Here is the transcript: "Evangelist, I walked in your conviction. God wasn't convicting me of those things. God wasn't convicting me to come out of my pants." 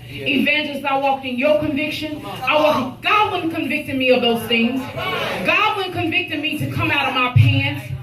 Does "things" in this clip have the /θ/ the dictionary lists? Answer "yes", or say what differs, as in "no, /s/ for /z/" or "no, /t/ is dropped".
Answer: yes